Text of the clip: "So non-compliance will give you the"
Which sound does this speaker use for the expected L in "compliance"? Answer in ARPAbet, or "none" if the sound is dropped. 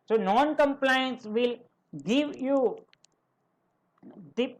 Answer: L